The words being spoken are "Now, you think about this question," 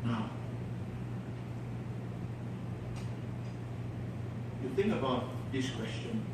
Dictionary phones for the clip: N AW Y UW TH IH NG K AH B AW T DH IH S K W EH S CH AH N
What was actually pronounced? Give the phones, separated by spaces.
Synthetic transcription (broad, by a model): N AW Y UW TH IH NG K AH B AW T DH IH S K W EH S CH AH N